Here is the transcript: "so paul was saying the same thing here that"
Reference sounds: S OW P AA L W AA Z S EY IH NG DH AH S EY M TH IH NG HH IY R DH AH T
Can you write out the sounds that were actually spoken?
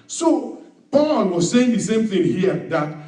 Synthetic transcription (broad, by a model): S OW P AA N W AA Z S EY IH NG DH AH S EY M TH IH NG HH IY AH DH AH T